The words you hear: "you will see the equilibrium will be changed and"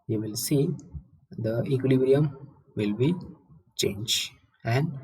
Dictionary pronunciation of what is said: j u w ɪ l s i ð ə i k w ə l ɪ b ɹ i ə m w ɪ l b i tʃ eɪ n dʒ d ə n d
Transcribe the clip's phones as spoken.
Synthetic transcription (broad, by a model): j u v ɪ l s i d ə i k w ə l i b ɹ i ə m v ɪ l b i tʃ eɪ n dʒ ə n d